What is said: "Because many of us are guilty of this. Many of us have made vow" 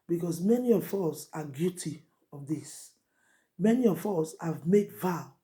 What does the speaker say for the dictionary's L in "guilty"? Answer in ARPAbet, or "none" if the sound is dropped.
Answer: none